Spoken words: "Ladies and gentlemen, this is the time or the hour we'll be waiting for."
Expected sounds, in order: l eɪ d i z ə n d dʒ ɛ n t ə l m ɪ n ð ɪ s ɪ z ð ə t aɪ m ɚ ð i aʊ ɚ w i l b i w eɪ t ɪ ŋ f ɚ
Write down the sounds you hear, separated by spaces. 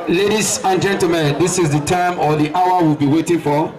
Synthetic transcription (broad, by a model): l eɪ d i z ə n dʒ ɛ n t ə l m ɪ n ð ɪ s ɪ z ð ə t aɪ m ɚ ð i aʊ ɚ w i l b i w eɪ t ɪ ŋ f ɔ